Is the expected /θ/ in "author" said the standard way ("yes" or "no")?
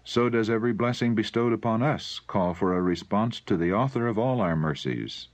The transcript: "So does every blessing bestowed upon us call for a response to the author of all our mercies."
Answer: yes